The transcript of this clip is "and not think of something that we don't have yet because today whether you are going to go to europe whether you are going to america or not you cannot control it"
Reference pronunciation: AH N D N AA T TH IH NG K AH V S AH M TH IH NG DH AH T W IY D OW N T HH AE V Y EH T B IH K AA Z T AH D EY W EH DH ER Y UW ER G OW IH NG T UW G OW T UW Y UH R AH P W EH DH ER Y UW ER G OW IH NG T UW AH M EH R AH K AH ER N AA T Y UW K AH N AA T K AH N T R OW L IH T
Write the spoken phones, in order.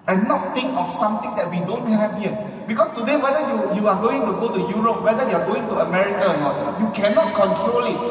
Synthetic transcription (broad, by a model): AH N N AA T T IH NG K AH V S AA M T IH NG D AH T W IY D OW N T HH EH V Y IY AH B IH K AA S T AH D EY W EH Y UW Y UW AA G OW IH NG T UW G OW T UW Y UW R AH P W EH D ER Y UW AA G OW IH NG T UW AH M EH R AH K AH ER N AA T Y UW K AH N AA T K AH N T R OW L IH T